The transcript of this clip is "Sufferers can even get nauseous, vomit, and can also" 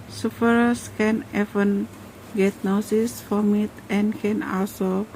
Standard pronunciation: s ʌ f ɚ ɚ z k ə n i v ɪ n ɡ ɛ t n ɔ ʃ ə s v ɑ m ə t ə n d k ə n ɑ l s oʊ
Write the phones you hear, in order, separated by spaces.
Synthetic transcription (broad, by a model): s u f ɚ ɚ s k ə n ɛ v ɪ n ɡ ɛ t n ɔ s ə s f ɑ m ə t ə n k ə n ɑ l s oʊ